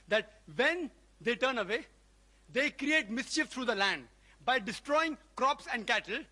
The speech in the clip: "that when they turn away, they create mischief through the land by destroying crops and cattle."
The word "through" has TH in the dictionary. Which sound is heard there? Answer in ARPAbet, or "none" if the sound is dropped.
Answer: T